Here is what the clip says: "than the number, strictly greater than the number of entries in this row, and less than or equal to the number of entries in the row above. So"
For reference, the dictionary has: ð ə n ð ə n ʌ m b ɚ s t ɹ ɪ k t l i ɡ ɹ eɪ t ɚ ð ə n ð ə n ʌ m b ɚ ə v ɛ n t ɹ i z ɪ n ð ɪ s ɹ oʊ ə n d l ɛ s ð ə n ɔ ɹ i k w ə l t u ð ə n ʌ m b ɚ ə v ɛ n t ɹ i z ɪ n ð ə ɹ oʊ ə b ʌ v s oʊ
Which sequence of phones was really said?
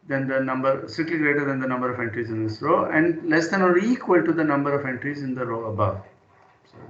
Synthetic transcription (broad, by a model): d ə n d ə n ʌ m b ɚ s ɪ t l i ɡ ɹ eɪ t ɚ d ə n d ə n ʌ m b ɚ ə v ɛ n t ɹ i z ɪ n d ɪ s ɹ oʊ ə n d l ɛ s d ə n ɔ ɹ i k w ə l t u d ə n ʌ m b ɚ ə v ɛ n t ɹ i z ɪ n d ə ɹ oʊ ə b ʌ v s